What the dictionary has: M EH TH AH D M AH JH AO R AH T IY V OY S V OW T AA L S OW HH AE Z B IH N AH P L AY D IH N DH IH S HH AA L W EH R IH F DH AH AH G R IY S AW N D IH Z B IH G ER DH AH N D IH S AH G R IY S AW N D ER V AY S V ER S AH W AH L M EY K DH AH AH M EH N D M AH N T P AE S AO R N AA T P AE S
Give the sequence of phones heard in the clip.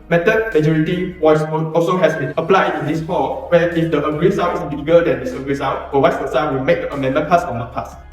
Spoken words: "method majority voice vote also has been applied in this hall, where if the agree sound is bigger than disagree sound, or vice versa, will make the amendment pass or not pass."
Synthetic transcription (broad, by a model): M EH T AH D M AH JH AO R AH T IY W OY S F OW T AA L S OW HH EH S B IH N AH P L AY D IH N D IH S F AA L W EH IH F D AH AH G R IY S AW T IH S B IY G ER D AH N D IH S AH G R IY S AW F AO W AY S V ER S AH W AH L M EY K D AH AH M EH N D M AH N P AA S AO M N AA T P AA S